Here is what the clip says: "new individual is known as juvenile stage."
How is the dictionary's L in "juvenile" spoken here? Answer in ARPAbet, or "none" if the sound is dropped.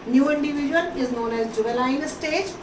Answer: N